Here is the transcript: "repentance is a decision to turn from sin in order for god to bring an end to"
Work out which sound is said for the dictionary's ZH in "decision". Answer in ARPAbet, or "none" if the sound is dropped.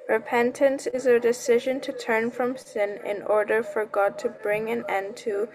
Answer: ZH